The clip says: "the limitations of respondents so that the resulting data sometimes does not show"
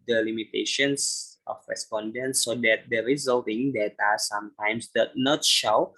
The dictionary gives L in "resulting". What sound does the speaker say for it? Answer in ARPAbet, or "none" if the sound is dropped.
L